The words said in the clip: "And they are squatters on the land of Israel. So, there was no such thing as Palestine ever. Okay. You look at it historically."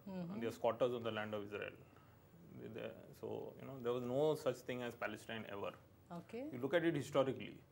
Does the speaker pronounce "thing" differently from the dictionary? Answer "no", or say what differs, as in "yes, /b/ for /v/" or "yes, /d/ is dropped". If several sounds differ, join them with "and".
yes, /t/ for /θ/